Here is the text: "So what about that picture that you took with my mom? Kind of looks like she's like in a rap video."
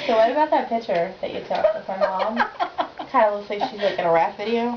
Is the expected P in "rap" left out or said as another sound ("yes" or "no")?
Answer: yes